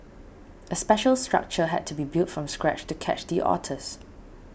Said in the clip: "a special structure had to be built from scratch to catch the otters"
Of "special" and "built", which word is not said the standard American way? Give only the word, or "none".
none